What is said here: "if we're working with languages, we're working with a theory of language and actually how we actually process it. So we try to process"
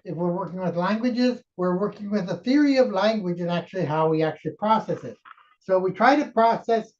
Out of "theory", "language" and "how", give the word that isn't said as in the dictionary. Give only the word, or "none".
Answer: none